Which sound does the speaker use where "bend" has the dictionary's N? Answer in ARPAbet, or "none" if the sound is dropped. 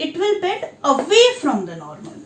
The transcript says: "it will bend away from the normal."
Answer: none